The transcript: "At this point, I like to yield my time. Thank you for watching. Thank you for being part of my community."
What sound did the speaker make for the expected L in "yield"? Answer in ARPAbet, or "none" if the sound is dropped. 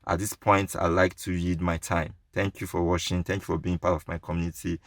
none